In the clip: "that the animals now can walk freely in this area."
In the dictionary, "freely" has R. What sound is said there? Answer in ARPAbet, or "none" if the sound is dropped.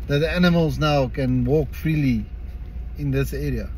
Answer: R